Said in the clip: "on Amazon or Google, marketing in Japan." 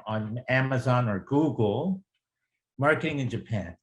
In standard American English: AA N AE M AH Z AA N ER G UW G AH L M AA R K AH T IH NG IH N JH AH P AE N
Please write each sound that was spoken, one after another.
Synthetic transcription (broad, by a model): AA N AE M AH Z AA N ER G UW G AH L M AA R K AH T IH NG IH N JH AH P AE N